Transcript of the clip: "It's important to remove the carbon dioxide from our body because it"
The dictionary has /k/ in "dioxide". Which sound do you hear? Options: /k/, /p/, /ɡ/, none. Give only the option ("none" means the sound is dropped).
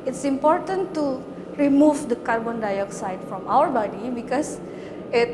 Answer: /k/